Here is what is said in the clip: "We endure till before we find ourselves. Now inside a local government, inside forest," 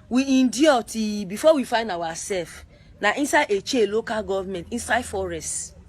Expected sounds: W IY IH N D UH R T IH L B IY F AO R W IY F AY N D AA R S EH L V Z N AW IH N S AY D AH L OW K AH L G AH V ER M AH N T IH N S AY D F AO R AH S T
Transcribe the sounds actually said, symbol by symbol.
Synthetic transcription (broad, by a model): W IY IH N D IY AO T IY B IY F AO W IY F AY N D AA W S EH L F N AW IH N S AY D AH L OW K AH L G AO V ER M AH N T IH N S AY D F AO R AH S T